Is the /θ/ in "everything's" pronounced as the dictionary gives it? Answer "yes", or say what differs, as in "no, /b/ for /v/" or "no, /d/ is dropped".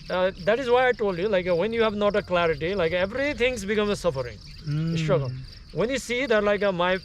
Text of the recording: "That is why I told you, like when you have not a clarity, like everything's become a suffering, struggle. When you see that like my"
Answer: no, /t/ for /θ/